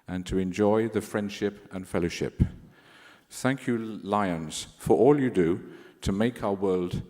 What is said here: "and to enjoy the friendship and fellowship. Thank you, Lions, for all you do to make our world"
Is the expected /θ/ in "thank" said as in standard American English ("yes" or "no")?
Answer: yes